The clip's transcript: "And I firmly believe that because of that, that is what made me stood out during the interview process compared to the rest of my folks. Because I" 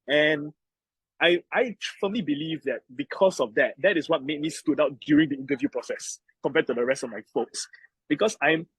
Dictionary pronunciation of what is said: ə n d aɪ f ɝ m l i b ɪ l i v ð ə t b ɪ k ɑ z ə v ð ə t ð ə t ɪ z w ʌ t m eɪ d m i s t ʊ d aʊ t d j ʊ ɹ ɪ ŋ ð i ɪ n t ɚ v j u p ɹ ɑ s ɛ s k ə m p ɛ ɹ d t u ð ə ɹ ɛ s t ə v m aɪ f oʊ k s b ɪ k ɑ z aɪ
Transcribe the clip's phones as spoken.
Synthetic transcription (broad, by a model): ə n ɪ aɪ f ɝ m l i b ɪ l i v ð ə t b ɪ k ɑ s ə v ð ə t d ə t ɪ s w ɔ t m eɪ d m i s t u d aʊ t d j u ɹ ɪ ŋ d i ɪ n t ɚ v j u p ɹ ɑ s ɛ s k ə m p ɛ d t u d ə ɹ ɛ s t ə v m aɪ f oʊ k s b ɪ k ɑ s aɪ